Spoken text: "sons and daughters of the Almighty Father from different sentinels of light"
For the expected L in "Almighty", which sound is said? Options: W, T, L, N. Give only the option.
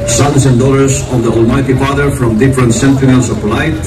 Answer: L